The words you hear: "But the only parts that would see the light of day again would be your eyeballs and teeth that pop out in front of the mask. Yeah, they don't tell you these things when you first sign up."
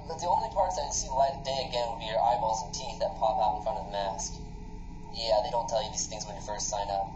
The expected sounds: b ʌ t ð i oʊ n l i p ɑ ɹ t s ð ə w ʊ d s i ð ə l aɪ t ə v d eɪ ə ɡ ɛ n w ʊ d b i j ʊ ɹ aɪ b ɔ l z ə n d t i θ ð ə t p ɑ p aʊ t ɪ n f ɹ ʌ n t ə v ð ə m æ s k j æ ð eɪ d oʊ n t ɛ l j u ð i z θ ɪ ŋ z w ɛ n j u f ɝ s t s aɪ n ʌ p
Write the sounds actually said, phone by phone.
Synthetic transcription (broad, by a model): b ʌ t ð i oʊ n l i p ɑ ɹ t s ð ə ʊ s i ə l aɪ ə d eɪ ə ɡ ɛ n w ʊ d b i j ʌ ɹ aɪ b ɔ z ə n t i θ ð ə t p ɑ p aʊ t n f ɹ ʌ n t ə v ð ə m æ s k j æ ð eɪ d oʊ n t ɛ l j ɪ ð i z θ ɪ ŋ z w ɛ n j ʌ f ɝ s t s aɪ n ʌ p